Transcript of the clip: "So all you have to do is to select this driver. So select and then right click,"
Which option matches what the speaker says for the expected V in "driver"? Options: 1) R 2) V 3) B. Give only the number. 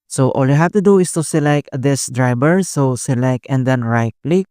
3